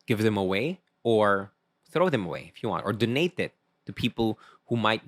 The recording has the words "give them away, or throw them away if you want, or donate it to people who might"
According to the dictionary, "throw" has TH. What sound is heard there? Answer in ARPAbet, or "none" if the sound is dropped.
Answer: TH